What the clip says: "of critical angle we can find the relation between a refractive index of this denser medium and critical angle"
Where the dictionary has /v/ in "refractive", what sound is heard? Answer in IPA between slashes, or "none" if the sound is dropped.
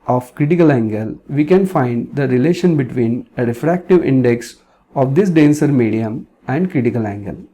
/v/